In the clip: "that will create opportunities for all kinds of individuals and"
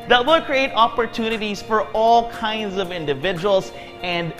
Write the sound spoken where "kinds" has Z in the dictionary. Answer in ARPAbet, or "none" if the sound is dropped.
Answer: Z